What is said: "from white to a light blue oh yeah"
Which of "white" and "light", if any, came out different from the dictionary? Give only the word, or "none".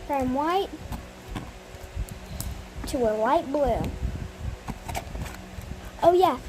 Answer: light